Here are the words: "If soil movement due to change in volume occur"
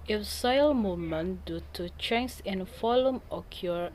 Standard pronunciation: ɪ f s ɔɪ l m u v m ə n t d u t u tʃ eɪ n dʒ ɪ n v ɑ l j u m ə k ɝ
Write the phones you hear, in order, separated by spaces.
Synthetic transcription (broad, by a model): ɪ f s ɔɪ l m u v m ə n d u t u tʃ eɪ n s ɪ n f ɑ l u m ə k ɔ